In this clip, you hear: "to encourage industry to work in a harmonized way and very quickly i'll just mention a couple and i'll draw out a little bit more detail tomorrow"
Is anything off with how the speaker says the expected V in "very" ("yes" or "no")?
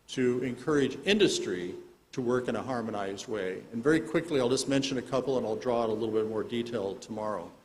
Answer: no